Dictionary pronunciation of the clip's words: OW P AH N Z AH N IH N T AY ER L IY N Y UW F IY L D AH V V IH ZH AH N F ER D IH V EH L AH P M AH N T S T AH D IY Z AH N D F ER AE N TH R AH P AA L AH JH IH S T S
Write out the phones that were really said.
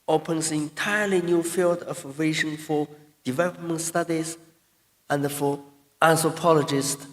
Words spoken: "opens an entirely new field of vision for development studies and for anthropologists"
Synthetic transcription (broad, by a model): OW P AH N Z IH N T AY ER L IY N Y UW F IY L D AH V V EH SH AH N F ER D IH V EH L AH P M AH N T S T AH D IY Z AH N D F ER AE N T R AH P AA L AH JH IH S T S